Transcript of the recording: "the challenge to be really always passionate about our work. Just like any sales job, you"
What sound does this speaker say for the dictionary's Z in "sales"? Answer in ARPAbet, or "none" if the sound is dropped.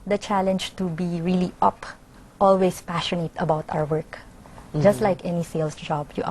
S